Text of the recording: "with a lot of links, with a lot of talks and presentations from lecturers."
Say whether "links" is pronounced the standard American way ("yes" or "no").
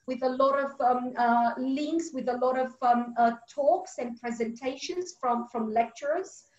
yes